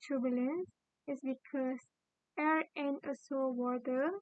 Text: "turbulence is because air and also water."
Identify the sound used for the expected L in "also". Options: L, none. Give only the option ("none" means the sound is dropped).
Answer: none